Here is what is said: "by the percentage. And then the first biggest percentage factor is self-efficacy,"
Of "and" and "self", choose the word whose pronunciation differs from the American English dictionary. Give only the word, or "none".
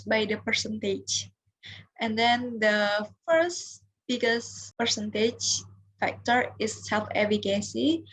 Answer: none